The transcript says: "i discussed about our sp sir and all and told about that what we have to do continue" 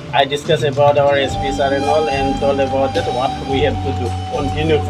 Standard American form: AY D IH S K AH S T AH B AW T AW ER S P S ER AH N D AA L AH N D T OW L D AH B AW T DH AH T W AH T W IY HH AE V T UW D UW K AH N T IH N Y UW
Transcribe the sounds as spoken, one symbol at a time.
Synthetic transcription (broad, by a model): AY D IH S K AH S AH B AW T AW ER S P S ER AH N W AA L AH N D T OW L AH B AW T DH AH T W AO T W IY HH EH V T UW D UW K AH N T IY N Y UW